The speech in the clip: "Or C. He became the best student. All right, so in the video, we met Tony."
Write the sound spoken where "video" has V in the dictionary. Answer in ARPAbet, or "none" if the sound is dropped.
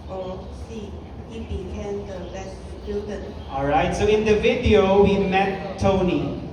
V